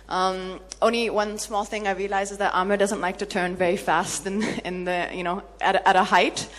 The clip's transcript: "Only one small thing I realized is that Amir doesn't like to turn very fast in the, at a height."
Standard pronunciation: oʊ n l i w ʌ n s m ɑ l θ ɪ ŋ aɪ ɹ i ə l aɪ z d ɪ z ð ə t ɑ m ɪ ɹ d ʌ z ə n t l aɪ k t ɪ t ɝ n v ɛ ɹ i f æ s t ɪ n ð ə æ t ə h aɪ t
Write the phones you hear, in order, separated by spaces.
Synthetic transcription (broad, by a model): oʊ n l i w ʌ n s m ɑ l θ ɪ ŋ aɪ ɹ i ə l aɪ z ɪ z ð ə t ɑ m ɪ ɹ d ʌ z ə n t l aɪ k t ɪ t ɝ n v ɛ ɹ i f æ s t ɪ n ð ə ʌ t ə h aɪ t